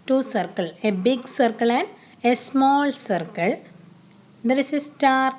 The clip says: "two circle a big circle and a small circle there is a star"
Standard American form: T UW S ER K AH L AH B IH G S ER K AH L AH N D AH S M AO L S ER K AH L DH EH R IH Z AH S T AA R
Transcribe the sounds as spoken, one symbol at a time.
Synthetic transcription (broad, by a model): T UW S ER K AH L AH B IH G S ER K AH L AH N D AH S M AO L S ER K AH L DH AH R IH S AH S T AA R